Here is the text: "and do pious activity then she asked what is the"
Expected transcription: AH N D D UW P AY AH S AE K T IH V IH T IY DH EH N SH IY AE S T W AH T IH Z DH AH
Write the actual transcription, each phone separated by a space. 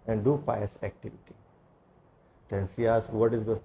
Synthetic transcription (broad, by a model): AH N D D UW P AY AH S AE K T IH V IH T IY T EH N S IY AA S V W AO T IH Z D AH